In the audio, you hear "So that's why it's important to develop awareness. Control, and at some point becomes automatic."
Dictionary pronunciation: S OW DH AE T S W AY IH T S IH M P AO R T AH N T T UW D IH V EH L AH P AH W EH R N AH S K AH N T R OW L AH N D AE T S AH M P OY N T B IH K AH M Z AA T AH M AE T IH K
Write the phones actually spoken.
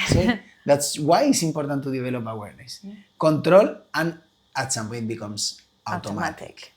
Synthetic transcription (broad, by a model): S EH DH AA T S W AY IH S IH M P AO R T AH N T T UW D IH B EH L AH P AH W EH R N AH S K AH N T R OW L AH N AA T S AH M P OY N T B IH K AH M S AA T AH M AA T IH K